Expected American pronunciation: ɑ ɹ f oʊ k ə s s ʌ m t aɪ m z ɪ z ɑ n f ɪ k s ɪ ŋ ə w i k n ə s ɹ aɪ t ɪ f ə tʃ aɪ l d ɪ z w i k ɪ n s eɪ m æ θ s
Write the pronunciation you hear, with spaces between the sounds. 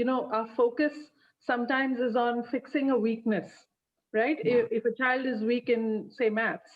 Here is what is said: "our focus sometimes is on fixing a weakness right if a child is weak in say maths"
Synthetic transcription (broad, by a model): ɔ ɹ f oʊ k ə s s ʌ m t aɪ m z ɪ z ɑ n f ɪ k s ɪ ŋ ə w i k n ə s ɹ aɪ t ɪ f ə tʃ aɪ l d ɪ z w i k ɪ n s eɪ m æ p s